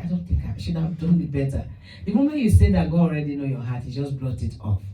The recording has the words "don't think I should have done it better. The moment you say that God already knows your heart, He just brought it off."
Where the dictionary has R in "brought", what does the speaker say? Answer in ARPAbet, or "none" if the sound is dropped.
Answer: L